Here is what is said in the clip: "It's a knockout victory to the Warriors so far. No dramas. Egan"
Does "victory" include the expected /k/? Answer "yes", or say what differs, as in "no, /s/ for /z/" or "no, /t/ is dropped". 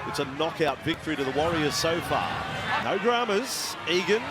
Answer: yes